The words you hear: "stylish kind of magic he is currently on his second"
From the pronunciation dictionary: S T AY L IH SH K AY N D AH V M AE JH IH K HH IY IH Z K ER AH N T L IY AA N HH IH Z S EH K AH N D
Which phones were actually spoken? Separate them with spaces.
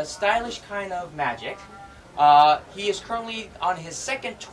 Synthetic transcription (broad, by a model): S T AY L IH SH K AY N D AH V M AE JH IH K HH IY IH Z K ER AH N T L IY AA N IH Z S EH K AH N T